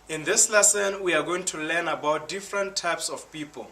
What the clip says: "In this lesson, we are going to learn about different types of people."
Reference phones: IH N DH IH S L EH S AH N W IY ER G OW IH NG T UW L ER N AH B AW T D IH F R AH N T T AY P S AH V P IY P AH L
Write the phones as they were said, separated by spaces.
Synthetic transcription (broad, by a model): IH N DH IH S L EH S AH N W IY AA G OW IH NG T UW L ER N AH B AW T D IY F R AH N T T AY P S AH F P IY P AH L